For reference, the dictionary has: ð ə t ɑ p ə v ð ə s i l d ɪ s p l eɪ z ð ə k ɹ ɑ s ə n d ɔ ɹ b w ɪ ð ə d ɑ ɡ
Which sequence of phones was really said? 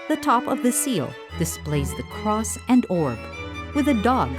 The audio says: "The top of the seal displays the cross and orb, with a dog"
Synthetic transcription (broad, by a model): ð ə t ɑ p ə v ð ə s i l d ɪ s p l eɪ z ð ə k ɹ ɑ s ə n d ɔ ɹ b w ɪ ð ə d ɑ ɡ